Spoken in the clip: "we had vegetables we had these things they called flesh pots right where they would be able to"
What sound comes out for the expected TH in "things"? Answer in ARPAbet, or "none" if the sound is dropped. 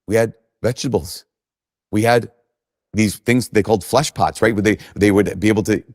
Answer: TH